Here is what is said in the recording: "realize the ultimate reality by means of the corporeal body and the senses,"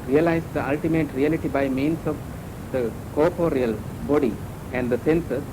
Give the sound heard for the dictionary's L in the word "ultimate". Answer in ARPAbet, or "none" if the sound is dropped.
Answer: L